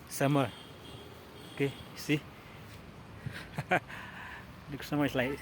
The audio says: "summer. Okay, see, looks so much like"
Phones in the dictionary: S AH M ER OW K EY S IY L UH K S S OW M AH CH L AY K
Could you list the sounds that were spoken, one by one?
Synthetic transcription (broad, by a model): S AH M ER OW K EY S IY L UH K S S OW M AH S L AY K